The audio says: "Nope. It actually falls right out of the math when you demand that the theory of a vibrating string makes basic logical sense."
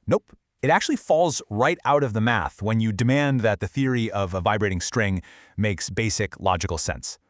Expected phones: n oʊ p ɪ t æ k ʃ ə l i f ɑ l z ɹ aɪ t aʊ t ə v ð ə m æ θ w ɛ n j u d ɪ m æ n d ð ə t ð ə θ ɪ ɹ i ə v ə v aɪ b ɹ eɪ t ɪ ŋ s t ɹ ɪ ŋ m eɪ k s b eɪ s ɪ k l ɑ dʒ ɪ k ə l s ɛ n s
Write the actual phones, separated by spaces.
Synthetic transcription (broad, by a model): n oʊ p ɪ t æ k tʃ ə l i f ɑ l z ɹ aɪ t aʊ t ə v ð ə m æ θ w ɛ n j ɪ d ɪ m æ n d ð ə t ð ə θ ɪ ɹ i ə v ə v aɪ b ɹ eɪ t ɪ ŋ s t ɹ ɪ ŋ m eɪ k s b eɪ s ɪ k l ɑ dʒ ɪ k l s ɛ n s